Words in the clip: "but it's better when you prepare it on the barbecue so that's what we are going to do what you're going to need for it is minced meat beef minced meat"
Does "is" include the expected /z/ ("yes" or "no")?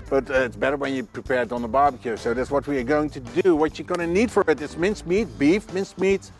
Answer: no